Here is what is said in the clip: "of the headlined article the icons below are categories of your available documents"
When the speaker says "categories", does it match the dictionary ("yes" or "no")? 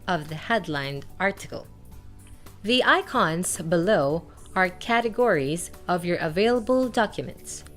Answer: yes